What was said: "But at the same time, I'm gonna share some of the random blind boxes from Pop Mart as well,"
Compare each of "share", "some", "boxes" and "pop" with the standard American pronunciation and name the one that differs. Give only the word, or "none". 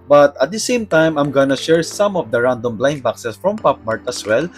boxes